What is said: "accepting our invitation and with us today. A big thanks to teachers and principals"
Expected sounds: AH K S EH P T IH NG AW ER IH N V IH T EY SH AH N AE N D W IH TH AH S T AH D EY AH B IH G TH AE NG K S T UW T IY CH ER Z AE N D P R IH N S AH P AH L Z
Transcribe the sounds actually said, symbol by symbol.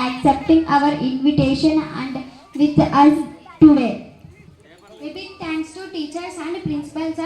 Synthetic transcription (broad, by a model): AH K S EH P T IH NG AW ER IH N V IH T EY SH AH N AE N D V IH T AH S T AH D EY AH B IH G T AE NG K S T UW T IY CH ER S AE N D P R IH N S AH P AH L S